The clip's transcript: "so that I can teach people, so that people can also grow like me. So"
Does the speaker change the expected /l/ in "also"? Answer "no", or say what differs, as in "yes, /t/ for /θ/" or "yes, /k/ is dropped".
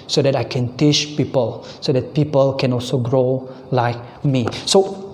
no